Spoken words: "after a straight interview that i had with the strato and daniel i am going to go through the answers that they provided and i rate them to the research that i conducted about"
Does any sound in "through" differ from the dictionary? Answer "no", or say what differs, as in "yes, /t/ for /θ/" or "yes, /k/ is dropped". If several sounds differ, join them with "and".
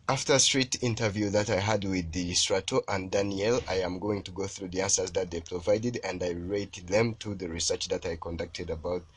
no